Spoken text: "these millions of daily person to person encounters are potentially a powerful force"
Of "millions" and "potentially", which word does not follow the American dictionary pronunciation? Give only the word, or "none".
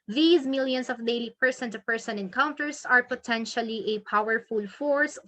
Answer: millions